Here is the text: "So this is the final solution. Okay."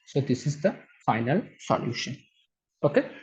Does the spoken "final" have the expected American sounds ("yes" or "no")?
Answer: yes